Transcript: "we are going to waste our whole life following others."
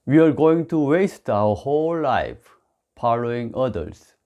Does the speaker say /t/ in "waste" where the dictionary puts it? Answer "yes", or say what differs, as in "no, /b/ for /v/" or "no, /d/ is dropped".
yes